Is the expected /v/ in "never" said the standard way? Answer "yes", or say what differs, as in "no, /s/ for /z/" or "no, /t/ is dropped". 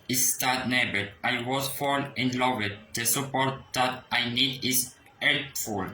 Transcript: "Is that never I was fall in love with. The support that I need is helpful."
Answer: no, /b/ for /v/